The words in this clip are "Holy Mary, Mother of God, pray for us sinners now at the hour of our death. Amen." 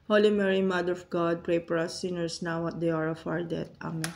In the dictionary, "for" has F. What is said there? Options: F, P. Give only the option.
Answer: P